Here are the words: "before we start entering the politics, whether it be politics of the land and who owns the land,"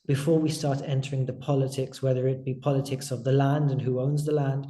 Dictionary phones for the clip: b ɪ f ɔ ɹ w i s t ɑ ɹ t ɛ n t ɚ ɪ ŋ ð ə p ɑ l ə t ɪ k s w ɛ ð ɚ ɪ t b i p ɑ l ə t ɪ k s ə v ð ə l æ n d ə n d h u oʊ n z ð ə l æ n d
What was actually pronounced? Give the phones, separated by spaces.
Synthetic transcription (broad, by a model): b ɪ f ɔ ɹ w i s t ɑ ɹ t ɛ n t ɚ ɪ ŋ ð ə p ɑ l ə t ɪ k s w ɛ ð ɚ ɪ t b i p ɑ l ə t ɪ k s ə v ð ə l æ n d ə n h u oʊ n z ð ə l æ n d